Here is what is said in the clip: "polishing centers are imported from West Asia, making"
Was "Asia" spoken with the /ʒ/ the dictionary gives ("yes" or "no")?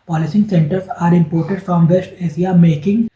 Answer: no